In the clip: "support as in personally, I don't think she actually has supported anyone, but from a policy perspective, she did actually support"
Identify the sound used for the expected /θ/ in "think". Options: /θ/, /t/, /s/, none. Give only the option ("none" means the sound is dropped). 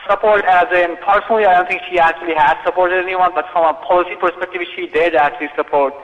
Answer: /t/